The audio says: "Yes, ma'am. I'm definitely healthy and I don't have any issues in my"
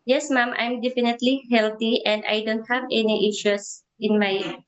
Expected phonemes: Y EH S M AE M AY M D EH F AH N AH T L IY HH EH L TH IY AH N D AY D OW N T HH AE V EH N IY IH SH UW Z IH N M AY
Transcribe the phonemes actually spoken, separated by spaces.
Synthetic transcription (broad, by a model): Y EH S M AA M AY M D EH F AH N AH T L IY HH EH L T IY AH N D AY D OW N T HH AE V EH N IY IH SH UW S IH N M AY